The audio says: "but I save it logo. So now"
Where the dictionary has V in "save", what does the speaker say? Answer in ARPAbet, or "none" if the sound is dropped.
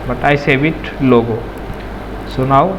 B